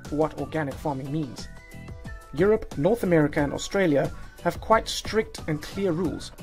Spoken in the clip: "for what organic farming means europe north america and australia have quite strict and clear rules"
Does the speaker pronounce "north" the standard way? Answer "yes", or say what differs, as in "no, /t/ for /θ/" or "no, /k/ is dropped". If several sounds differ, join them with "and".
yes